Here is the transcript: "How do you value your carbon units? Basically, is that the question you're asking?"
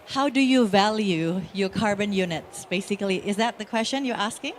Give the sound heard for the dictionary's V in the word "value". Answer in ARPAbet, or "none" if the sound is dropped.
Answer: V